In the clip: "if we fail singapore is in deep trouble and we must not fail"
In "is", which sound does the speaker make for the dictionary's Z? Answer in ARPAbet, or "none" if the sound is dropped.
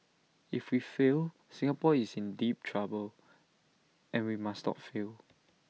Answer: S